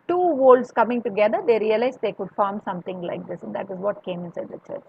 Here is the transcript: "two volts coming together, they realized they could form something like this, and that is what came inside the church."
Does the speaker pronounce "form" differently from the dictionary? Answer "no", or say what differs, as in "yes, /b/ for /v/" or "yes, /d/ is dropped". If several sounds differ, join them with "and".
no